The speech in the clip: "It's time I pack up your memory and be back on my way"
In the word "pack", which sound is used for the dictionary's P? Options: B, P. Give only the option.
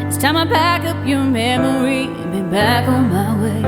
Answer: B